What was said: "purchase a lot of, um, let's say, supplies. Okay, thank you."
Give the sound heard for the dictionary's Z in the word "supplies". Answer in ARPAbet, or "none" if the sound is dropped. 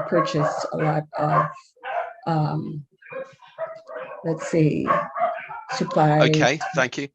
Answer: none